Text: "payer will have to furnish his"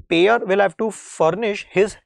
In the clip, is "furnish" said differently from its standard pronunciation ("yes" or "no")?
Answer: no